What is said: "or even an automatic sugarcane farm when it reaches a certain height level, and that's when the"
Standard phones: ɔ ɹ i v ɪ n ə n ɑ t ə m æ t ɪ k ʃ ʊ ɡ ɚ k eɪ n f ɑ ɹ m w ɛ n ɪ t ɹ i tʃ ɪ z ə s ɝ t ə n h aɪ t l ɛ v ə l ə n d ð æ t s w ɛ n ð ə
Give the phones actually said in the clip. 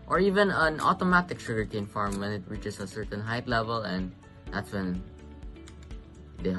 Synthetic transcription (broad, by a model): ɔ ɹ i v ɪ n ə n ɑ t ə m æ t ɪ k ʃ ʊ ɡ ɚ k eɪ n f ɑ ɹ m w ɛ n ɪ t ɹ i tʃ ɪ s ə s ɝ t ə n h aɪ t l ɛ v ə l ə n d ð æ t s w ɛ n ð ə